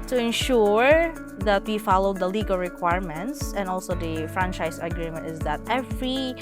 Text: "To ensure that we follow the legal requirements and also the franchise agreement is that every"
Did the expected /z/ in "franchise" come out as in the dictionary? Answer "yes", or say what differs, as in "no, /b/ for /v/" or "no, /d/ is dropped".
no, /s/ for /z/